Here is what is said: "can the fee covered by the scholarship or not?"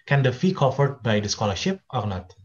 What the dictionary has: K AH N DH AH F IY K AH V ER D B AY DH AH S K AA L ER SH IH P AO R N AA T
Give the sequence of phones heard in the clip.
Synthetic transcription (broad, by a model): K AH N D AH F IY K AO F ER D B AY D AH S K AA L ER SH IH P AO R N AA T